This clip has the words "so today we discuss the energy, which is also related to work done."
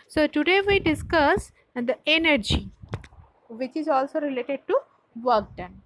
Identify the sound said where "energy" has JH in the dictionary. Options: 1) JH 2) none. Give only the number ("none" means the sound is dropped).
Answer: 1